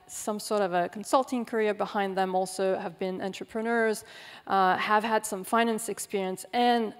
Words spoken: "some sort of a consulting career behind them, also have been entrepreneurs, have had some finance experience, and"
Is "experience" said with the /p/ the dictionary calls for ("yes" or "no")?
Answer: yes